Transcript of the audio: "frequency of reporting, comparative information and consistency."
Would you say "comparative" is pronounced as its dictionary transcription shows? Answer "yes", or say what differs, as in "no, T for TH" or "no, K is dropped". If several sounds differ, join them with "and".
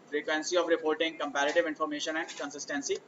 yes